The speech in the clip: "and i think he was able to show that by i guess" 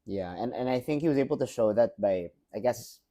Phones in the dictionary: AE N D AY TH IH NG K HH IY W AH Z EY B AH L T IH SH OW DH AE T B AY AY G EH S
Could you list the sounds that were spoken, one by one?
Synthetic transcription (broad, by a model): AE N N AY TH IH NG K HH IY W AH Z EY B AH L T IH SH OW DH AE T B AY AY G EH S